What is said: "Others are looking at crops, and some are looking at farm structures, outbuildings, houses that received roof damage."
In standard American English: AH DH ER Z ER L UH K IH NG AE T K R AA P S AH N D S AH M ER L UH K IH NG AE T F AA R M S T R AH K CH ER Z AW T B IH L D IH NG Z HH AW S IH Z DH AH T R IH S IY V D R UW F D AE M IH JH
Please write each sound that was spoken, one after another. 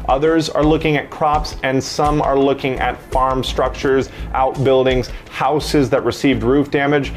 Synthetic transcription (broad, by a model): AH DH ER Z ER L UH K IH NG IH T K R AA P S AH N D S AH M ER L UH K IH NG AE T F AA R M S T R AH K CH ER Z AW T B IH L D IH NG Z HH AW S IH Z DH AH T R IH S IY V D R UW F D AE M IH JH